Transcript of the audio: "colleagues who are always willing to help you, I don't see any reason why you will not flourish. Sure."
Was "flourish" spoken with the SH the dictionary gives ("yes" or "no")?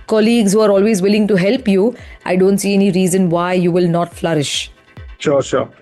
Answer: yes